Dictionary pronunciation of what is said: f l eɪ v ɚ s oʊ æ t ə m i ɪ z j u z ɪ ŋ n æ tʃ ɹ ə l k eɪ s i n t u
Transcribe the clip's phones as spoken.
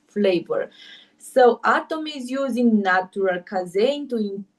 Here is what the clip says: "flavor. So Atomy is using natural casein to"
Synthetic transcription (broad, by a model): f l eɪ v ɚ s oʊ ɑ t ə m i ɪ z j u z ɪ ŋ n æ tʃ ɹ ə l k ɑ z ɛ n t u